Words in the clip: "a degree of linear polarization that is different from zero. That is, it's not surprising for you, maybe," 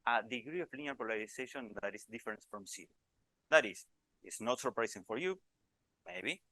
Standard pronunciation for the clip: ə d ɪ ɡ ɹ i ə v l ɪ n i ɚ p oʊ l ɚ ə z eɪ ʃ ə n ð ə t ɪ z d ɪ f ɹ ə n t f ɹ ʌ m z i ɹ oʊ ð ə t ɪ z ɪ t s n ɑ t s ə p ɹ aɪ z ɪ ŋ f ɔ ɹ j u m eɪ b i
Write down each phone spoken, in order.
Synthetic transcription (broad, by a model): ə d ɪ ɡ ɹ i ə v l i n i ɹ p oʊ l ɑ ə s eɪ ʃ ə n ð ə t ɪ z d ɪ f ɹ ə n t f ɹ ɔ m s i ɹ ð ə t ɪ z ɪ t s n ɑ t s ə p ɹ aɪ s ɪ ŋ f ɔ ɹ j u m eɪ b i